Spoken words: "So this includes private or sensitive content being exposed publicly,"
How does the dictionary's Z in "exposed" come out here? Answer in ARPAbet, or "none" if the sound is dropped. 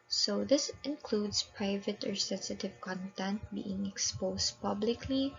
S